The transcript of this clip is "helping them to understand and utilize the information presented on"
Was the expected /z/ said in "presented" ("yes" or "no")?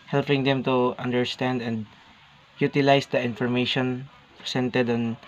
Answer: no